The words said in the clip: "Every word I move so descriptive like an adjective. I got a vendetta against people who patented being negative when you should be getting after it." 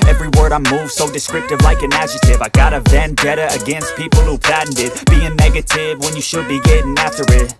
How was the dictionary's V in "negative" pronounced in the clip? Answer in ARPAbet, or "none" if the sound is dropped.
V